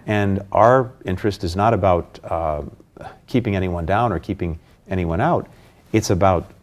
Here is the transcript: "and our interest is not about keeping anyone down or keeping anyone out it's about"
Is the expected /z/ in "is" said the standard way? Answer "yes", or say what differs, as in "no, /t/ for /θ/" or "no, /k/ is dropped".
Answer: yes